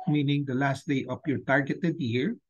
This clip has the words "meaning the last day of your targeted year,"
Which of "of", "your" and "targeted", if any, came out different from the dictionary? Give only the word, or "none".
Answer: of